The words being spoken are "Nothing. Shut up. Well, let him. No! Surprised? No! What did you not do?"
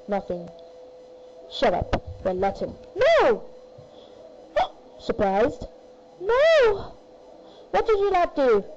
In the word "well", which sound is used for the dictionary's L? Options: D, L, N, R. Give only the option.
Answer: N